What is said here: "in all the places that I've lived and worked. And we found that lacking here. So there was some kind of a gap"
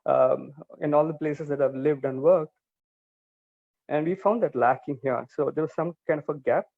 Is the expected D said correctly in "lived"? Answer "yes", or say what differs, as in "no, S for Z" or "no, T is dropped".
yes